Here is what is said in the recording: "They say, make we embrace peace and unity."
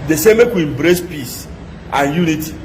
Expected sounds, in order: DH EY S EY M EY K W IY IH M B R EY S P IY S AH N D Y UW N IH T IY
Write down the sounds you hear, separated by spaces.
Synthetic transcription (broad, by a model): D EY S EY M EY K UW IH M B R EY S P IY S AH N Y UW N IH T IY